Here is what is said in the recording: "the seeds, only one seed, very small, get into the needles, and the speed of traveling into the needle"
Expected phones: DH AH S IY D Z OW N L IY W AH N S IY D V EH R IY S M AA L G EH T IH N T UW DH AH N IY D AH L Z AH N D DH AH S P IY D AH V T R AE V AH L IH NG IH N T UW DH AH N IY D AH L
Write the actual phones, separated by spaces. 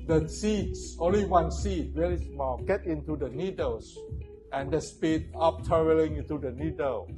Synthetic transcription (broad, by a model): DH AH S IY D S OW N L IY W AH N S IY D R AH L IY S M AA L G EH T IH N T UW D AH N IY D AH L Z AH N D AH S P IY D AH P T AH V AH L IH NG IH N T UW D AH N IY D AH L